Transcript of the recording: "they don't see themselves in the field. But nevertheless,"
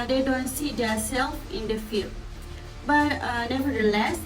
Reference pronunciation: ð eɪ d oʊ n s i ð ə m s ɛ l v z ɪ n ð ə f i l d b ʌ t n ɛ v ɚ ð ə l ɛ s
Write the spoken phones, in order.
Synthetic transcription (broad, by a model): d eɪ d oʊ n s i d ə s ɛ l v ɪ n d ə f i l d b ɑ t n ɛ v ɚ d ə l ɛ s